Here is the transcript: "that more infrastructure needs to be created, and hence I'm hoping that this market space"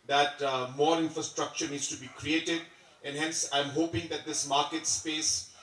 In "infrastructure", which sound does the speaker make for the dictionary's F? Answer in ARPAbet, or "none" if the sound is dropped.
F